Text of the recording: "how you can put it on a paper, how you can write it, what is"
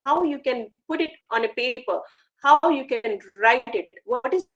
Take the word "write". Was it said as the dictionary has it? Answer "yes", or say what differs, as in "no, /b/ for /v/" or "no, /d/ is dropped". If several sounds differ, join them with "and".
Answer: yes